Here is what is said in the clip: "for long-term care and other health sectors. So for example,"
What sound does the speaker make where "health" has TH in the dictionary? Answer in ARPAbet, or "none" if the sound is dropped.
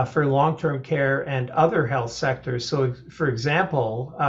TH